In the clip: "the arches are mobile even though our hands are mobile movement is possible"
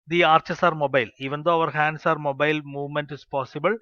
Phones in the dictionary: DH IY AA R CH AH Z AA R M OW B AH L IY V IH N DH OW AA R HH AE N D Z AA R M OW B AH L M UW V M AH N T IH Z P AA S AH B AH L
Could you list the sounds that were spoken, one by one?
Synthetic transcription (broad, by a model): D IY AA R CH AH S AA R M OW B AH L IY V IH N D OW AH R HH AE N D S AA R M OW B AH L M UW V M AH N T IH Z P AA S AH B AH L